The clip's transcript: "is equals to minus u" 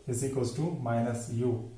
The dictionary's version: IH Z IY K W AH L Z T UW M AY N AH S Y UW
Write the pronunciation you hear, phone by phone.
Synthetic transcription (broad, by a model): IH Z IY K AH Z T UW M AY N AH S Y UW